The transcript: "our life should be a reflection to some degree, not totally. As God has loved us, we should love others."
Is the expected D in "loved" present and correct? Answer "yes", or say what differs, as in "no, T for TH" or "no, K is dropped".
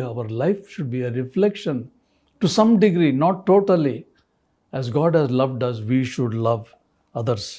yes